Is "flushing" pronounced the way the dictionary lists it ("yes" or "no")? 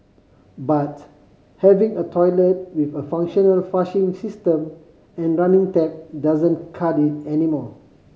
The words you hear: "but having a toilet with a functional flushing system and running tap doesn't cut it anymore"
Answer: no